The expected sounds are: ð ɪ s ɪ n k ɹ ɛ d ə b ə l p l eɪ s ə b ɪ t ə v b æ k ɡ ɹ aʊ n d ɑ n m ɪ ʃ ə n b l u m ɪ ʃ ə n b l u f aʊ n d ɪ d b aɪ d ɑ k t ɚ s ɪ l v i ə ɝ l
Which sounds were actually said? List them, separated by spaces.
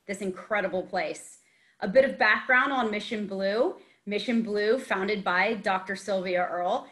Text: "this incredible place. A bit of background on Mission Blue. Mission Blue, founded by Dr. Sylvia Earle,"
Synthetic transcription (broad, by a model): ð ɪ s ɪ n k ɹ ɛ d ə b l p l eɪ s ə b ɪ t ə v b æ k ɡ ɹ aʊ n d n m ɪ ʃ ə n b l u m ɪ ʃ ə n b l u f aʊ n d ɪ d b aɪ d ɑ k t ɚ s ɪ l v i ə ɝ l